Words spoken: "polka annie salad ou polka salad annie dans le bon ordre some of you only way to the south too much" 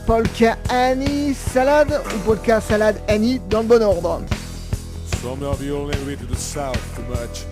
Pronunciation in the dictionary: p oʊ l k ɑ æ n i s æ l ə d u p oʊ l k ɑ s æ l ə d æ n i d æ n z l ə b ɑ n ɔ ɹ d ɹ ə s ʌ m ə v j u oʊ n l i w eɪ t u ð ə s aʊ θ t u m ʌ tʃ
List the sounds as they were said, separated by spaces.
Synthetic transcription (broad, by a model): p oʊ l k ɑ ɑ n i s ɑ l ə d u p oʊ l k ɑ s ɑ l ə d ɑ n i d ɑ l ə b ɑ n ɔ ɹ d ɹ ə s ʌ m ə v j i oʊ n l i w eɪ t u ð ə s aʊ θ t u m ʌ tʃ